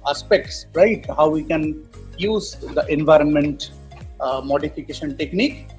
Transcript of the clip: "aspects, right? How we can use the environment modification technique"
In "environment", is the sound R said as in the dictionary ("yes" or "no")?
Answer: yes